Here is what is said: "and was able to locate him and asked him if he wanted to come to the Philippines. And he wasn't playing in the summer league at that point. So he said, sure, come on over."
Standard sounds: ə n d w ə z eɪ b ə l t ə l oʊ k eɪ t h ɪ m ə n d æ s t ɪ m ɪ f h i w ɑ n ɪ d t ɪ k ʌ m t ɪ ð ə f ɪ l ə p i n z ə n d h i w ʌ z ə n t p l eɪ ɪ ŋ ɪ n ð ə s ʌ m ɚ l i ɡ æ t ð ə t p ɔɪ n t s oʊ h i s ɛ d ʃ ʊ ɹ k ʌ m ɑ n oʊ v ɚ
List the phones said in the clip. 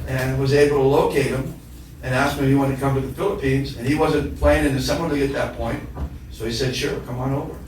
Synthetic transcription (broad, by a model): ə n w ə z eɪ b l t ə l oʊ k eɪ t h ɪ m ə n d æ s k ɪ m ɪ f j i w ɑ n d t ɪ k ʌ m t ɪ ð ə f ɪ l ə p i n z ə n i w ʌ z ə n p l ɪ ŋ ɪ n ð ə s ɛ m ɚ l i ɪ t ð ə t p ɔɪ n t s oʊ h i s ɛ d ʃ ʊ ɹ k ʌ m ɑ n oʊ v ɚ